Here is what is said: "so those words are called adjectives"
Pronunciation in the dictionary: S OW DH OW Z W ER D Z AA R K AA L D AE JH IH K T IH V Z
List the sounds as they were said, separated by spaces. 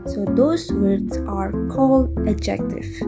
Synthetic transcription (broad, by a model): S OW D OW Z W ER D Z AA R K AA L AH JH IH K T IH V